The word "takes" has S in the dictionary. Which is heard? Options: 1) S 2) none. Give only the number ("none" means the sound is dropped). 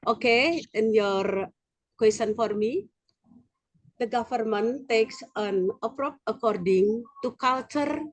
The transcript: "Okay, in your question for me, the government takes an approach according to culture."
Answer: 1